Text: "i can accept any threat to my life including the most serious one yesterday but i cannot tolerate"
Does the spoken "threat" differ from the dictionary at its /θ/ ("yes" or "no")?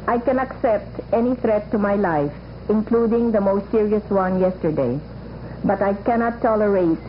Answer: yes